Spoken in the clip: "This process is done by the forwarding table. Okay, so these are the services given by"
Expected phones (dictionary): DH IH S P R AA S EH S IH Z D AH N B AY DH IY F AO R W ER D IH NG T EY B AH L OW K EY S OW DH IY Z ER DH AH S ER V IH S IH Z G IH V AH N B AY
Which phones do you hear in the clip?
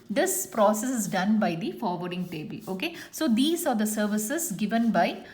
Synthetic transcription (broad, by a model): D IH S P R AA S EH S IH Z D AH N B AY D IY F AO R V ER D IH NG T EY B AH L OW K EY S OW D IY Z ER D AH S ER V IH S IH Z G IH V AH N B AY